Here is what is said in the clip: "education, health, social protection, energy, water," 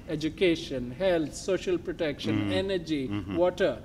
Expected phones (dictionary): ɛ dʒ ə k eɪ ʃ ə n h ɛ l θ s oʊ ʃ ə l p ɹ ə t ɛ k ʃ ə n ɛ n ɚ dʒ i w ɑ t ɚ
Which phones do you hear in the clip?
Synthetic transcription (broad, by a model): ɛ dʒ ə k eɪ ʃ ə n h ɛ l t s oʊ ʃ ə l p ɹ ə t ɛ k ʃ ə n ɛ n ɚ dʒ i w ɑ t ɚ